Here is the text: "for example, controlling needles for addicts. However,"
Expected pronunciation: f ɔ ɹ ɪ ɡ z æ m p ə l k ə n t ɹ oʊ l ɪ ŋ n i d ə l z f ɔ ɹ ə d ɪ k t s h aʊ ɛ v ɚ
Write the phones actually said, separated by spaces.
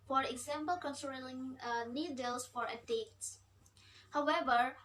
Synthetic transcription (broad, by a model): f ɔ ɹ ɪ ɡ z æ m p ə l k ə n s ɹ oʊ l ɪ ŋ n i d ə l s f ɔ ɹ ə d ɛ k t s h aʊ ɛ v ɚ